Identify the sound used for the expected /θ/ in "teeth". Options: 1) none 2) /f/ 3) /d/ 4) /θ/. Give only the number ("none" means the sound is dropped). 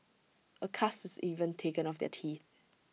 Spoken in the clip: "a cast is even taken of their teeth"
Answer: 4